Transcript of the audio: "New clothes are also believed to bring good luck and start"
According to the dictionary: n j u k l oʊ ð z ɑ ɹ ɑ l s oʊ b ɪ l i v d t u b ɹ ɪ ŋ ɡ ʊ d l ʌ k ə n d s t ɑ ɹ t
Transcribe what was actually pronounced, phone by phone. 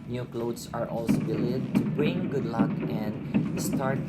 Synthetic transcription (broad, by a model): n j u k l oʊ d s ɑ ɹ ɑ l s oʊ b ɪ l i d t u b ɹ ɪ ŋ ɡ ʊ d l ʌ k ə n d s t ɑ ɹ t